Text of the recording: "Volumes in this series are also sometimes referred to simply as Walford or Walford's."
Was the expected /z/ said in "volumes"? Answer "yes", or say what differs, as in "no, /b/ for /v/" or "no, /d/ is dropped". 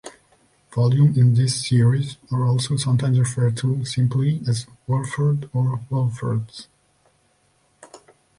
no, /z/ is dropped